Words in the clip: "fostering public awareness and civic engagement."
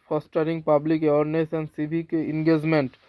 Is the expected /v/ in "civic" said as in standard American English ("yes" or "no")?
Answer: no